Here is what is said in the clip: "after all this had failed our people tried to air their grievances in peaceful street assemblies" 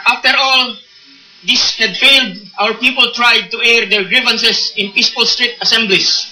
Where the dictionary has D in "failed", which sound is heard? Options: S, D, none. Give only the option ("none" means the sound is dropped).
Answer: D